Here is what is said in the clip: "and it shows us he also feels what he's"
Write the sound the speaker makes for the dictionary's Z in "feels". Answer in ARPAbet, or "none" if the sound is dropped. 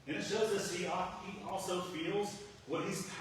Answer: Z